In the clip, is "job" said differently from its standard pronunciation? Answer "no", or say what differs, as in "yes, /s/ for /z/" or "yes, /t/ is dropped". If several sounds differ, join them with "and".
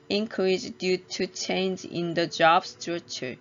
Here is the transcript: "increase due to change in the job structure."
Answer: no